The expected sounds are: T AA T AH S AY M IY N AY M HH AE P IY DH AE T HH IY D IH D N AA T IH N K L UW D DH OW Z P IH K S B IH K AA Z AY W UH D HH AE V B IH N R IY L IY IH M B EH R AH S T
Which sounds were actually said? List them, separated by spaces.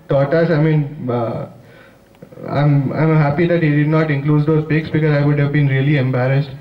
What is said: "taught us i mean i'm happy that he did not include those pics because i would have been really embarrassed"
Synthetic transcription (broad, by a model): T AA T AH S AY M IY N AY M HH AE P IY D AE T HH IY D IH D N AA T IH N K L UW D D OW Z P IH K S B IH K AA Z AY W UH D HH AE V B IH N R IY L IY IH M B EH R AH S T